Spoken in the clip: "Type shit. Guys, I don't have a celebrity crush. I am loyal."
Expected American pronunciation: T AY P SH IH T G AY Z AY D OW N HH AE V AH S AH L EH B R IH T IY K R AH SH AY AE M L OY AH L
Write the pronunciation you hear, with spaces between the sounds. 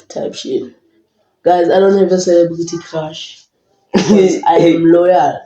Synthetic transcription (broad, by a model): T AY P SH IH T G AY Z AY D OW N HH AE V AH S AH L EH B L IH T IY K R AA SH AY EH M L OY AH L